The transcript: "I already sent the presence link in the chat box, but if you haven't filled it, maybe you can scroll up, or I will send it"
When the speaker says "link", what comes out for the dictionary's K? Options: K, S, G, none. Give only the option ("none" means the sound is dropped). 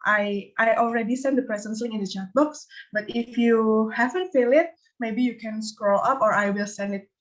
none